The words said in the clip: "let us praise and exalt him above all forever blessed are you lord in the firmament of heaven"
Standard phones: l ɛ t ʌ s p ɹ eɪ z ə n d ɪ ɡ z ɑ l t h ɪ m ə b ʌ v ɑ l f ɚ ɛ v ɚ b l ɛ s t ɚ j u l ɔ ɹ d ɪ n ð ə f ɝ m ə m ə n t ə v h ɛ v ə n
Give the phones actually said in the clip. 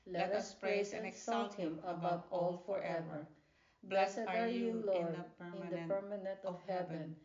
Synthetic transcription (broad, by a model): l ɛ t ʌ s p ɹ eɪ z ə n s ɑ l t h ɪ m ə b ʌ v ɑ l f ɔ ɛ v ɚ b l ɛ s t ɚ j u l ɔ ɹ d ɪ n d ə p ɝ m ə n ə n t ə v h ɛ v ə n